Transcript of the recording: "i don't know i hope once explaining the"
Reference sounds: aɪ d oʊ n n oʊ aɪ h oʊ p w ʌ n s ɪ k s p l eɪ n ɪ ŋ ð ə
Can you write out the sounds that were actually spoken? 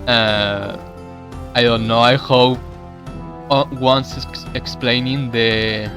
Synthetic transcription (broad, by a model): aɪ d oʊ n n oʊ aɪ h oʊ p w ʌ n s ɪ k s p l eɪ n ɪ ŋ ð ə